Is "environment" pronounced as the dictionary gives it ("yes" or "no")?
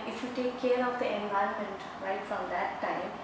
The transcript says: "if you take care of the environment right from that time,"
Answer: no